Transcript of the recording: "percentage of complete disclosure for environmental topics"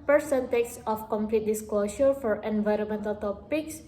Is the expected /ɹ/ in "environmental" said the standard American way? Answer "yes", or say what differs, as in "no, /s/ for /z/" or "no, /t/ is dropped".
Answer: yes